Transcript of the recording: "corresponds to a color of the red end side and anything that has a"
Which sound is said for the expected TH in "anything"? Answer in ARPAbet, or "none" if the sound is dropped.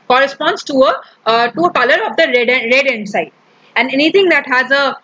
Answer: T